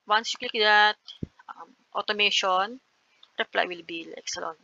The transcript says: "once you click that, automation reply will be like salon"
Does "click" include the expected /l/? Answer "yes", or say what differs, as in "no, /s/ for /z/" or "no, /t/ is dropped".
no, /l/ is dropped